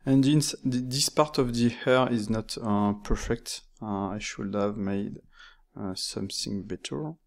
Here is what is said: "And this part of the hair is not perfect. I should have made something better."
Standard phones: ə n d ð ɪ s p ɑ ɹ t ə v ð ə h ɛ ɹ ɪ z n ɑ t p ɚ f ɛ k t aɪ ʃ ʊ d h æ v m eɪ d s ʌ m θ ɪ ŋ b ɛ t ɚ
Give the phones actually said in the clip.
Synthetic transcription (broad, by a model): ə n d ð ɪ s p ɑ ɹ t ə v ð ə h ɛ ɹ ɪ z n ɑ t p ɚ f ɛ k t aɪ ʃ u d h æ v m eɪ d s ʌ m θ ɪ ŋ b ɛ t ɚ